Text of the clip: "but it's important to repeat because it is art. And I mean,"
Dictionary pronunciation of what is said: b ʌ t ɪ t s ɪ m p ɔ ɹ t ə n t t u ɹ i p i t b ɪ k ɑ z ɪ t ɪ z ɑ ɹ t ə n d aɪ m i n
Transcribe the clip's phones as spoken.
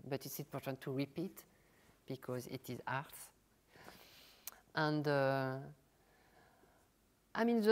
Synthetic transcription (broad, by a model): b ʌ t ɪ t s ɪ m p ɔ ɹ t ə n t t u ɹ i p i t b ɪ k ɑ z ɪ t ɪ z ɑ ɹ t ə n d aɪ m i n